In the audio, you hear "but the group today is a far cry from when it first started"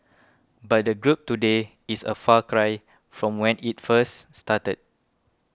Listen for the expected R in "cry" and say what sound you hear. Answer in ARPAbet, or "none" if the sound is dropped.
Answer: R